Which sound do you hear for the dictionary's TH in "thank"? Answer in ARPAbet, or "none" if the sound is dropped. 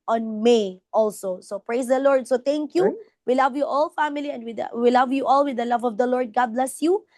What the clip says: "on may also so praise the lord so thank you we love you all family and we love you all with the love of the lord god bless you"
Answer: T